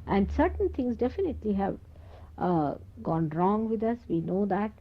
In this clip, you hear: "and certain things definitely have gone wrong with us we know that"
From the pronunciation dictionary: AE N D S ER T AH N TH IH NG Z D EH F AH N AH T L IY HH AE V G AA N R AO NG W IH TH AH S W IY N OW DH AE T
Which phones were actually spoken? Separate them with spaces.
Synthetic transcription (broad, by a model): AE N D S ER T AH N T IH NG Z D EH F AH N AH T L IY HH AE V G AA N R AO NG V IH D AH S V IY N OW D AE T